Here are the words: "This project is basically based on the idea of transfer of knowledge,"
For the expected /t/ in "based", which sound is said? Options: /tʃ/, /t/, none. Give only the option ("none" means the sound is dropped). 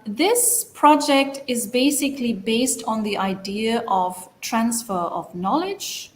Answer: /t/